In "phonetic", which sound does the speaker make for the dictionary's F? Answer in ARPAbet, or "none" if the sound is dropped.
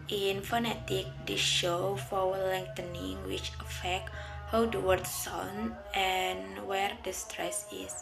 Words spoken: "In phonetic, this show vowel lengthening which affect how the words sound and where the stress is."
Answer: F